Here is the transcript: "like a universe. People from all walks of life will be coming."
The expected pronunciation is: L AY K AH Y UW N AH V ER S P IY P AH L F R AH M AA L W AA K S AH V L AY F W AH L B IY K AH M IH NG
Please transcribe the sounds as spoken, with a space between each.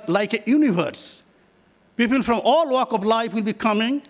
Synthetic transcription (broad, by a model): L AY K AH Y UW N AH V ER S P IY P AH L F R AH M AA L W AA K AH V L AY F W AH L B IY K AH M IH NG